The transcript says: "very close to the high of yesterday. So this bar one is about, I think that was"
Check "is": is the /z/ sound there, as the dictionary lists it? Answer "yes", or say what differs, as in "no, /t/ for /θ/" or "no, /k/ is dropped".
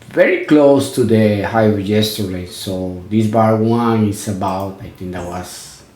no, /s/ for /z/